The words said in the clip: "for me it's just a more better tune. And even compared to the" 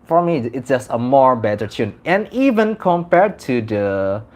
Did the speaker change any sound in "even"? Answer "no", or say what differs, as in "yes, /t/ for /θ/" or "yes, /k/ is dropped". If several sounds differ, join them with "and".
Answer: no